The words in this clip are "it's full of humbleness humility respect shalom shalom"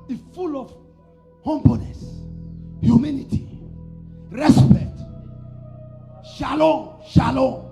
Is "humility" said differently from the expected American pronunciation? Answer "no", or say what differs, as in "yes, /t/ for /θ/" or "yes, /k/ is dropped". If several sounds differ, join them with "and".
yes, /n/ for /l/